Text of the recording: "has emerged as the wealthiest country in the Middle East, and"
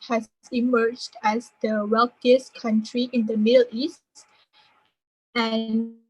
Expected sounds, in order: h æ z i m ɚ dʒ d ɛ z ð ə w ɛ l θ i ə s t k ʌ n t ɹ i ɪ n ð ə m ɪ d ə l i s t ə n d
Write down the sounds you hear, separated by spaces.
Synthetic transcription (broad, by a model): h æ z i m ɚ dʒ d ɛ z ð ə w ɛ l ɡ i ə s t k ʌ n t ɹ i ɪ n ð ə m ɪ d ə l i s t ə n